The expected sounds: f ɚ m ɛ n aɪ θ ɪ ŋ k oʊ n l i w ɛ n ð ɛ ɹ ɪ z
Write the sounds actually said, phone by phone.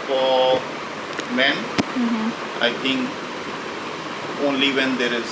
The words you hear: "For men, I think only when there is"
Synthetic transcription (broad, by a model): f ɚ m ɛ n aɪ t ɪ ŋ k oʊ n l i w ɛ n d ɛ ɹ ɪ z